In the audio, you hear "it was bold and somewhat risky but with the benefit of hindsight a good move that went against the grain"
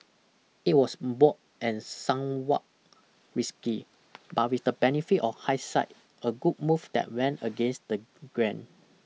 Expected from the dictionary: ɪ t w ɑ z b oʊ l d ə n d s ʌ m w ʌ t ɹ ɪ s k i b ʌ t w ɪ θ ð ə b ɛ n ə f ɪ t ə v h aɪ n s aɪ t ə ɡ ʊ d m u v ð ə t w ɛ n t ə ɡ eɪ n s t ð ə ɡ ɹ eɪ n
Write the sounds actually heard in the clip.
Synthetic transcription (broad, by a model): ɪ t w ɑ s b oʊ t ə n s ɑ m w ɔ t ɹ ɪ s k i b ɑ t w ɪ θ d ə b ɛ n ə f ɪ t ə f h aɪ s aɪ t ə ɡ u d m u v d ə t w ɛ n t ə ɡ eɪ n s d ə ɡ ɹ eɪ n